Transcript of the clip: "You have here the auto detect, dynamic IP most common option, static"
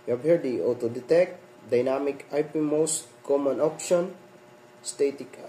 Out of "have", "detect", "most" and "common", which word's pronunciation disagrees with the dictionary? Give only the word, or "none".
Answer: have